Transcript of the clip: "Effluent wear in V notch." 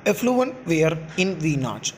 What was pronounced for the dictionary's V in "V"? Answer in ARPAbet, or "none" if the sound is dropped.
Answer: V